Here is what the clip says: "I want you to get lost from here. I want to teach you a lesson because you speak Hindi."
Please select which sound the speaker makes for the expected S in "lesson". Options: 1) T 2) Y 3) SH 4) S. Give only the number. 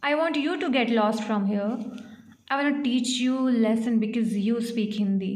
4